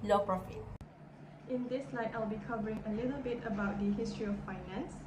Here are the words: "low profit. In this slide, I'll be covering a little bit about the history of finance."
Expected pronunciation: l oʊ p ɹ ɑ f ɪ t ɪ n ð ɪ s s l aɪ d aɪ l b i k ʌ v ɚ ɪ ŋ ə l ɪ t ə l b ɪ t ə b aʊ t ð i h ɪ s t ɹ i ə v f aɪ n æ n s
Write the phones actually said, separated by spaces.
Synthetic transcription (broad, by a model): l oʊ p ɹ ɑ f ɪ t ɪ n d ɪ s s l aɪ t aɪ l b i k ʌ v ɚ ɪ ŋ ə l ɪ t ə l b ɪ t ə b aʊ t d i h ɪ s t ɹ i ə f aɪ n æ n s